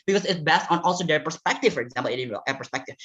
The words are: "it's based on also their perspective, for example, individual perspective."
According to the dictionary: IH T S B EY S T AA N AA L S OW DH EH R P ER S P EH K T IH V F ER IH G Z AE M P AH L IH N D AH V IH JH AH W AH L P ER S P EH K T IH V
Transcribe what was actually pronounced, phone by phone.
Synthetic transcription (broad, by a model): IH T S B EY S T N AA L S OW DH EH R P ER S P EH K T IH V F ER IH G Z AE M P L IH D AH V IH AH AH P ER S P EH K T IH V